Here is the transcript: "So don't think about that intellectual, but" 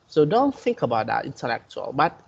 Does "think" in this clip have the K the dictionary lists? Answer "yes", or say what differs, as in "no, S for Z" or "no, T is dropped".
yes